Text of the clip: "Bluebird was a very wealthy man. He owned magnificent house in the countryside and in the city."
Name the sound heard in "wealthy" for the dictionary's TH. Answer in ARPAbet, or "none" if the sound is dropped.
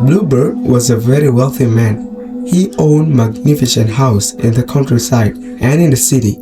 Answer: TH